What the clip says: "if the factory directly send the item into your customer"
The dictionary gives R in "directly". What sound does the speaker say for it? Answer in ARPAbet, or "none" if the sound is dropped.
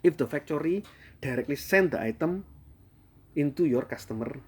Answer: R